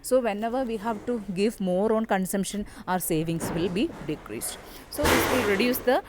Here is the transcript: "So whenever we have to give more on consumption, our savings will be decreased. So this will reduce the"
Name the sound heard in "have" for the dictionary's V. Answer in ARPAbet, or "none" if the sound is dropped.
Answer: V